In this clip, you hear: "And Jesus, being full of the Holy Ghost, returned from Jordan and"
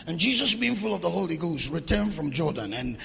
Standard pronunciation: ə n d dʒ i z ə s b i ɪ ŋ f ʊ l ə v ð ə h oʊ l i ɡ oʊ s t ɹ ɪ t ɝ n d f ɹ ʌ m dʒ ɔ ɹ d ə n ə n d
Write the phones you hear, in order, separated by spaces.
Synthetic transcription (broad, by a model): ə n dʒ i z ə s b i ɪ ŋ f ʊ l ə v ð ə h oʊ l i ɡ oʊ s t ɹ ɪ t ɝ n d f ɹ ʌ m dʒ ɔ ɹ d ə n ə n